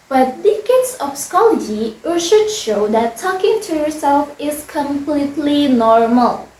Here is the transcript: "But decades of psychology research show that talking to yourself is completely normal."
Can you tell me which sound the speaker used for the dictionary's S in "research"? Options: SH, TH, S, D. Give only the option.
SH